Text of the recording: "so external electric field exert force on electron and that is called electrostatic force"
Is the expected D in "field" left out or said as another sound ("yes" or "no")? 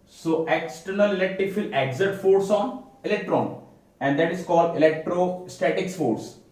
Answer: yes